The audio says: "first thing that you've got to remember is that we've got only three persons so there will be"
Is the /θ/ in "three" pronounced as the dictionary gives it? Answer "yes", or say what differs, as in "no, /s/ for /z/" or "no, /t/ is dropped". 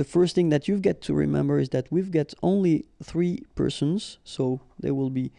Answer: yes